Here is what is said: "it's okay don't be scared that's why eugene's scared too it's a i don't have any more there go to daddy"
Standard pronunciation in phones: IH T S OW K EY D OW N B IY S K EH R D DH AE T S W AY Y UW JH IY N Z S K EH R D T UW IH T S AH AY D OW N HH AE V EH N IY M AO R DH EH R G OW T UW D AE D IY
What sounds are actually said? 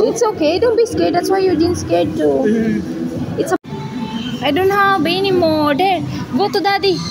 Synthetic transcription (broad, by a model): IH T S OW K EY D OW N B IY S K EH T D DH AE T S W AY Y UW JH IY N S K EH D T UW IH T S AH AY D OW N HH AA B EH N IY M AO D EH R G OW T UW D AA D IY